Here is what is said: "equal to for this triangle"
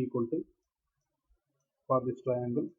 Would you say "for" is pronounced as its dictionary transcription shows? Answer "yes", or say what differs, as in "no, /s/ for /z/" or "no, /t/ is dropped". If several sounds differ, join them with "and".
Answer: no, /p/ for /f/